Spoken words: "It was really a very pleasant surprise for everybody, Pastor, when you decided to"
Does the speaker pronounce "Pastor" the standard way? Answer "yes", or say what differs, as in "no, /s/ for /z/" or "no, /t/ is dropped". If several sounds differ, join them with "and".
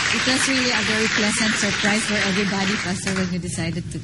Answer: no, /f/ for /p/